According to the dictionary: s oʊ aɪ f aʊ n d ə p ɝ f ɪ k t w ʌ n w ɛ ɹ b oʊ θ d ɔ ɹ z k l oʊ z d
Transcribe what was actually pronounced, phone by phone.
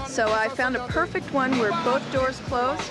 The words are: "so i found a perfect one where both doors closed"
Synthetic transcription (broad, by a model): s oʊ aɪ f aʊ n d ə p ɝ f ɪ k t w ʌ n w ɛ ɹ b oʊ θ d ɔ ɹ z k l oʊ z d